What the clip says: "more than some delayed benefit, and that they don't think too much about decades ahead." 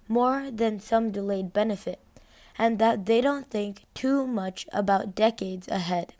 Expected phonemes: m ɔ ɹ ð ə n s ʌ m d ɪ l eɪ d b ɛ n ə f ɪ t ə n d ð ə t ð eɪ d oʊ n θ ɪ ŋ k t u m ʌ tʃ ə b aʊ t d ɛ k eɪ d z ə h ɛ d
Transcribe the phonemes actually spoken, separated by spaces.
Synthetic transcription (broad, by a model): m ɔ ɹ ð ə n s ʌ m d ɪ l eɪ d b ɛ n ə f ɪ t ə n ð ə t ð eɪ d oʊ n θ ɪ ŋ k t u m ʌ tʃ ə b aʊ t d ɛ k eɪ d z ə h ɛ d